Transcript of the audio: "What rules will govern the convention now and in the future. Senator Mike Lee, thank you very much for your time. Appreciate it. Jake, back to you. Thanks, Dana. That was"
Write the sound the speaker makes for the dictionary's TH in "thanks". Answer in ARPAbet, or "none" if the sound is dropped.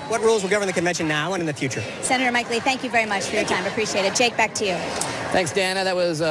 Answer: TH